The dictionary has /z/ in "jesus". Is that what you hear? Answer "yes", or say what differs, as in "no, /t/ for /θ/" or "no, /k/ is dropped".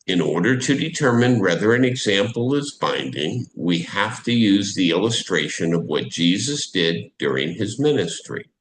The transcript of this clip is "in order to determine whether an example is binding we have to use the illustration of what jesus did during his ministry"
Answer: yes